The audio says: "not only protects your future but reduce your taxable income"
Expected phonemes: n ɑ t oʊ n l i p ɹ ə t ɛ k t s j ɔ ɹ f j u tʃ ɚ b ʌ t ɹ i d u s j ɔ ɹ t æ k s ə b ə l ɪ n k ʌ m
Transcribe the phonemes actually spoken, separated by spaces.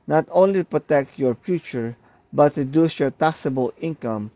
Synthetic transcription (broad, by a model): n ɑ t oʊ n l i p ɹ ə t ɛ k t j ɔ ɹ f j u tʃ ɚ b ʌ t ɹ i d u s j ɔ ɹ t æ k s ə b ə l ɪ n k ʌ m